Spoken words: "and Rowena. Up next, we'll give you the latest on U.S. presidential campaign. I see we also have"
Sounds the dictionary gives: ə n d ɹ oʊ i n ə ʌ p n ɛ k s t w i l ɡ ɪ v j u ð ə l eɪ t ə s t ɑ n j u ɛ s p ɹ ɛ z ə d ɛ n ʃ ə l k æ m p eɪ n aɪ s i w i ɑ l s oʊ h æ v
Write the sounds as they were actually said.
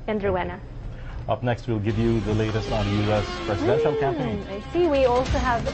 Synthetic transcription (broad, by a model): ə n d ɹ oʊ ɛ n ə ʌ p n ɛ k s t w i l ɡ ɪ v j u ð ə l eɪ t ə s t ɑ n j u ɛ s p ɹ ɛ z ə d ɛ n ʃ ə l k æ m eɪ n aɪ s i w i ɑ l s oʊ h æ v